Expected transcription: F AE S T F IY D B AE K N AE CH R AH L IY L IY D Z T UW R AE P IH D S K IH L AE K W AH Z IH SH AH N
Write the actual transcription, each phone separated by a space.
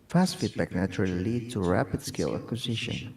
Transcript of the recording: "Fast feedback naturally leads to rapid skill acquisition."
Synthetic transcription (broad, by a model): F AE S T F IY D B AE K N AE CH R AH L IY L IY D T UW R AE P IH D S K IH L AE K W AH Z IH SH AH N